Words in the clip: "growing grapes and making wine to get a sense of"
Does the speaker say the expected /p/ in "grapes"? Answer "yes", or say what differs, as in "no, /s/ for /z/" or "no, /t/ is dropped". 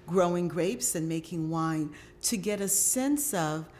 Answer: yes